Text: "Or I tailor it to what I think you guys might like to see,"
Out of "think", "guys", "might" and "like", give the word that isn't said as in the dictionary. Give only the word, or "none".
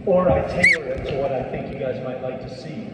none